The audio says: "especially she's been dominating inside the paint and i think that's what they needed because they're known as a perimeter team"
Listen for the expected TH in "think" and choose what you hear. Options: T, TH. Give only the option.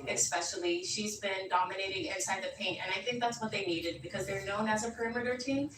TH